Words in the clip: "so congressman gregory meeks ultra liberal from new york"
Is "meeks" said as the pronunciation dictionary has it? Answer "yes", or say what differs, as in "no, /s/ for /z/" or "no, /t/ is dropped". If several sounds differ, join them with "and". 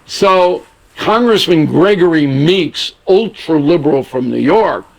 yes